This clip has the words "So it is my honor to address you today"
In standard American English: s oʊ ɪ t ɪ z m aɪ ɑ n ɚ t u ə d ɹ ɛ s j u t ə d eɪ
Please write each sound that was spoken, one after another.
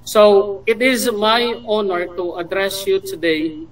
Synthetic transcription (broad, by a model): s oʊ ɪ t ɪ z m aɪ ɑ n ɚ t u ə d ɹ ɛ s j u t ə d eɪ